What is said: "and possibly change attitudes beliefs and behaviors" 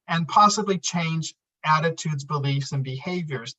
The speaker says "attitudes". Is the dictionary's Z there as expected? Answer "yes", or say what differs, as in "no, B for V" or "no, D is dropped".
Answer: yes